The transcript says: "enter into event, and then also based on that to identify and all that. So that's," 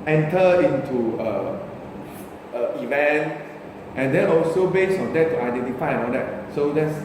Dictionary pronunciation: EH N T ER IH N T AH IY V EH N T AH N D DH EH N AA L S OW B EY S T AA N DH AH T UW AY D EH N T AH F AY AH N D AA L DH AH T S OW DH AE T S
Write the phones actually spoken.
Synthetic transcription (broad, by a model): EH N T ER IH N T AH IY V EH N T AH N D EH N AA L S OW B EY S AA N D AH T UW AY D EH N T AH F AY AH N AA L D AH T S OW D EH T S